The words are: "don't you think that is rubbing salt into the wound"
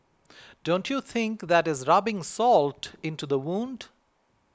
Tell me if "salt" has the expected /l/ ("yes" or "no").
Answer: yes